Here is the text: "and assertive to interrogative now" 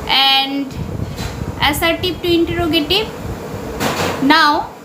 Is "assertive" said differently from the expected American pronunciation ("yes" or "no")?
yes